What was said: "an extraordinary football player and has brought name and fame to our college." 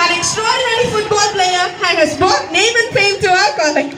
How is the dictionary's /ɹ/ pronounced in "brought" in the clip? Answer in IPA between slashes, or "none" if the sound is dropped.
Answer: none